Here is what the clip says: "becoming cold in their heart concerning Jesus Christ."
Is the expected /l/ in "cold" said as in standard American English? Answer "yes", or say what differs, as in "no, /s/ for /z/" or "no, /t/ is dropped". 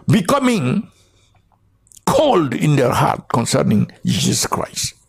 yes